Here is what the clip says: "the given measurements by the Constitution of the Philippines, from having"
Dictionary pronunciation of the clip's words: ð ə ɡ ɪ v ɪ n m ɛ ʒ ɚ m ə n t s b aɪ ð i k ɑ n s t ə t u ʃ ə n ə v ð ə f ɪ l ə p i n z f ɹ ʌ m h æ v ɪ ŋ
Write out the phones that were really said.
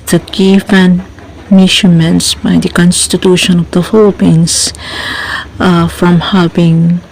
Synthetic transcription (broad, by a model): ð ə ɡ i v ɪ n m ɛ ʃ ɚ m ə n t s b aɪ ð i k ɑ n s t ə t u ʃ ə n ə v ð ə f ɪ l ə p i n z f ɹ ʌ m h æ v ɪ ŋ